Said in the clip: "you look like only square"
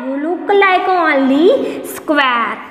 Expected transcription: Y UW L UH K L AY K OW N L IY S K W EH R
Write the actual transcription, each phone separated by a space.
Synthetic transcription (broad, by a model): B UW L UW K L AY K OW L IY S K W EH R